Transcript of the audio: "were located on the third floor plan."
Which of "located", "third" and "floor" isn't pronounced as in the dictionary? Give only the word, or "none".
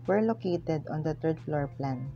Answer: third